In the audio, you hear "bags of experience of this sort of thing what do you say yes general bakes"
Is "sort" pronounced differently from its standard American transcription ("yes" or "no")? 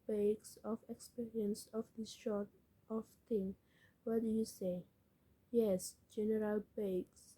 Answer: yes